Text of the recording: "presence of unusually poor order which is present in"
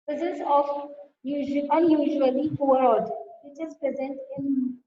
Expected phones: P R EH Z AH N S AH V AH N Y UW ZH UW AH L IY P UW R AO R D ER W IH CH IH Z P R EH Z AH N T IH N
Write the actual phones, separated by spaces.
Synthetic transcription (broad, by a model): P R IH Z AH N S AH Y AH N Y UW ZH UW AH L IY F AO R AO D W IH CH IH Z P R EH Z AH N T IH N